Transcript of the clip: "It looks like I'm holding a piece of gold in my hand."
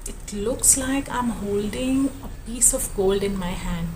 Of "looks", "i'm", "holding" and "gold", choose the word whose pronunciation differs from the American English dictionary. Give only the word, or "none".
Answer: none